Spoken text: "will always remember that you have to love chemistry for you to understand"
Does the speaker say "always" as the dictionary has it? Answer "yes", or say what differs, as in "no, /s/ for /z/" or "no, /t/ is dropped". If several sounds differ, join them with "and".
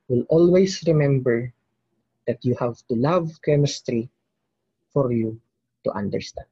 no, /s/ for /z/